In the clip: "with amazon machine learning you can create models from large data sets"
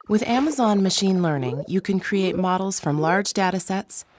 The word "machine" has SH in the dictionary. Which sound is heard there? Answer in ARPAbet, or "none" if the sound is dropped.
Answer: SH